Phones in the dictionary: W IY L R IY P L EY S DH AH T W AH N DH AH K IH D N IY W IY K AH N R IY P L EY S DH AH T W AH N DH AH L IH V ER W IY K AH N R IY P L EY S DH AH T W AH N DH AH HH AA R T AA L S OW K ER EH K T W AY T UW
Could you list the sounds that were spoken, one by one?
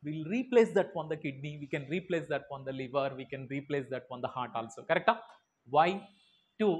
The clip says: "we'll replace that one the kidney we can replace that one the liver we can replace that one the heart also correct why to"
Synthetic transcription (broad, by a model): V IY L R IY P L EY S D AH T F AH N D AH K IH D N IY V IY K AH N R IY P L EY S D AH T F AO N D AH L IH V ER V IY K AH N R IY P L EY S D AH T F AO N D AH HH AA R T AA L S OW K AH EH K T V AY T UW